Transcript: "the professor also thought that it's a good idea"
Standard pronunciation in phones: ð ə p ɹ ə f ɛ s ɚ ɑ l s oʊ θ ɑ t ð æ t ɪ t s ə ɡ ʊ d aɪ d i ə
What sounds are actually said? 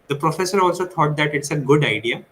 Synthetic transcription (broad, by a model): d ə p ɹ ə f ɛ s ɚ ɑ l s oʊ t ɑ t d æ t ɪ t s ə ɡ ʊ d aɪ d i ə